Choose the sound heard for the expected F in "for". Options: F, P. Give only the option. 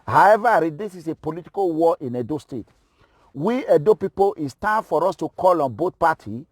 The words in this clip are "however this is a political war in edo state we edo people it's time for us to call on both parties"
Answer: F